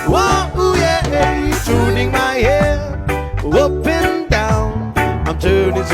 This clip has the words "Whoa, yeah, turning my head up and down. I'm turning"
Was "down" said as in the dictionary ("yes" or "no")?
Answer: yes